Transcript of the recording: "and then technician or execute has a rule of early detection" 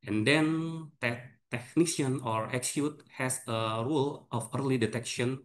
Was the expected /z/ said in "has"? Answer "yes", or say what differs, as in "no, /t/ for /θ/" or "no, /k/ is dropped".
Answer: no, /s/ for /z/